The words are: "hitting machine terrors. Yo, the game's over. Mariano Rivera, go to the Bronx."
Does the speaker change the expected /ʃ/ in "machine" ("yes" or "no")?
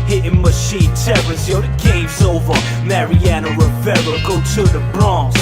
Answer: no